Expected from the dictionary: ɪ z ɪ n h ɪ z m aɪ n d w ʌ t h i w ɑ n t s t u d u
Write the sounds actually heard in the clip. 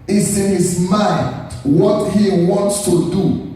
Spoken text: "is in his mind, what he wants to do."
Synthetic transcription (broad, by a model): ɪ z ɪ n h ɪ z m aɪ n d w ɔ t h i w ɑ n t s t u d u